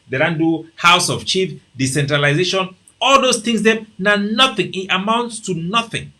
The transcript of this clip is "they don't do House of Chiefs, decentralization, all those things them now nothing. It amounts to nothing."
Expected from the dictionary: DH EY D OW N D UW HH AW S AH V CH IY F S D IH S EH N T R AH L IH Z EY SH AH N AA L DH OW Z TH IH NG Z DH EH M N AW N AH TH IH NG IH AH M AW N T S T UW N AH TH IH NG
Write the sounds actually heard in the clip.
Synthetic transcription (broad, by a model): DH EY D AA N D UW HH AW S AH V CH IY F D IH S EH N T R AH L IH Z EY SH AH N AA L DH OW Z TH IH NG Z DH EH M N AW N AH TH IH NG IH AH M AW N T S T UW N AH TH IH NG